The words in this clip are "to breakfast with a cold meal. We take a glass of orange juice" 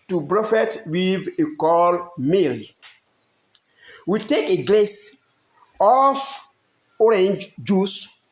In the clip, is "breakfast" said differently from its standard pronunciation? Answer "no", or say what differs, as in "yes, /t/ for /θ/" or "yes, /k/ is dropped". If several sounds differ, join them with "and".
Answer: yes, /k/ is dropped and /s/ is dropped